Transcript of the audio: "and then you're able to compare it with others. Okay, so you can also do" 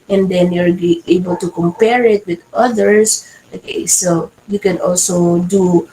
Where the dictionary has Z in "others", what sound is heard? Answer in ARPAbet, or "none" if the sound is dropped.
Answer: S